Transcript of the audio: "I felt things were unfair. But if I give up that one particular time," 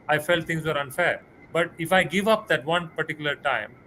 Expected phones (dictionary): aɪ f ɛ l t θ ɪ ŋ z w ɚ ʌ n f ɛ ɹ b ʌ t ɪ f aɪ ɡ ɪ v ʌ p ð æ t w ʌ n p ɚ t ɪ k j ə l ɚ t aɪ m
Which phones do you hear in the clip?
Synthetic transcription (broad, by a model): aɪ f ɛ l t t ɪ ŋ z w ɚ ʌ n f ɛ ɹ b ʌ t ɪ f aɪ ɡ ɪ v ʌ p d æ t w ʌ n p ɚ t ɪ k j ə l ɚ t aɪ m